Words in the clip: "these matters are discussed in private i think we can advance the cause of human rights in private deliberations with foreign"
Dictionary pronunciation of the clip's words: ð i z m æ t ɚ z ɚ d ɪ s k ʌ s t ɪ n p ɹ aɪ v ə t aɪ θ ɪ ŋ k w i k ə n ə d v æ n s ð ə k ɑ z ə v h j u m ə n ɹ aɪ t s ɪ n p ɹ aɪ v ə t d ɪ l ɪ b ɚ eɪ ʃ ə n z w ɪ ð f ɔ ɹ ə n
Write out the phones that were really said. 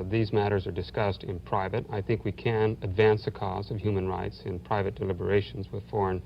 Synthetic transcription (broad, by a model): ð i z m æ t ɚ z ɚ d ɪ s k ʌ s t ɪ n p ɹ aɪ v ə t aɪ θ ɪ ŋ k w i k ə n ə d v æ n s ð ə k ɑ z ə v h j u m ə n ɹ aɪ t s ɪ n p ɹ aɪ v ə t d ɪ l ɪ b ɚ eɪ ʃ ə n z w ɪ ð f ɔ ɹ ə n